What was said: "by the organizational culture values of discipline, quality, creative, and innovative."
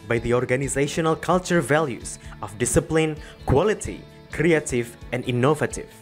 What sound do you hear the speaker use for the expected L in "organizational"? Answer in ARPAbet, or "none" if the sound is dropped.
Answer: L